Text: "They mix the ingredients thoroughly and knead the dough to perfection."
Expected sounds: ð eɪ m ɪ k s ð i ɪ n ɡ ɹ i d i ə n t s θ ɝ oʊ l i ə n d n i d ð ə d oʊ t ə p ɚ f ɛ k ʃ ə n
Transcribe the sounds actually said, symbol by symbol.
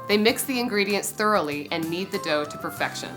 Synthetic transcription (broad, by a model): ð eɪ m ɪ k s ð i ɪ n ɡ ɹ i d i ə n t s θ ɝ oʊ l i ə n n i d ð ə d oʊ t ə p ɚ f ɛ k ʃ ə n